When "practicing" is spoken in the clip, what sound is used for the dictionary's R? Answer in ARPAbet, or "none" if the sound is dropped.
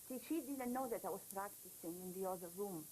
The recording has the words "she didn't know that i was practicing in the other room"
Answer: R